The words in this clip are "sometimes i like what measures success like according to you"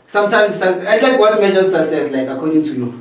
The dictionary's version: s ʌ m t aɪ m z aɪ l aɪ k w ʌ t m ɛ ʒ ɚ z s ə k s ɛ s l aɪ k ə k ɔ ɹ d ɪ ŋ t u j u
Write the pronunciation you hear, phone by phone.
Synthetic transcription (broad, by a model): s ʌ m t aɪ m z aɪ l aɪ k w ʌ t m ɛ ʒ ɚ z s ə s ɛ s l aɪ k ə k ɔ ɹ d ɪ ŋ t u j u